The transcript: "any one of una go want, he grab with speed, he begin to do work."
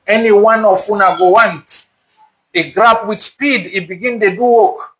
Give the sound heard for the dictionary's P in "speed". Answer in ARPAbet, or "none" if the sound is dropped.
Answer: P